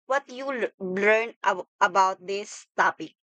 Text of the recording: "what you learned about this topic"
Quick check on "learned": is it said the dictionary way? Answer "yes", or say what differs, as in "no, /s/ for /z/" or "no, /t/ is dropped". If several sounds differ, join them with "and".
no, /d/ is dropped